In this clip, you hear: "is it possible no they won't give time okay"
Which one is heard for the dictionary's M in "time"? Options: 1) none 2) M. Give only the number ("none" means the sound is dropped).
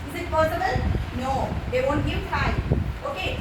1